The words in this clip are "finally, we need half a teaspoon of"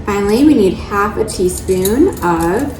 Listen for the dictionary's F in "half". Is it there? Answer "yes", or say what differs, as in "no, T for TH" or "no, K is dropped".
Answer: yes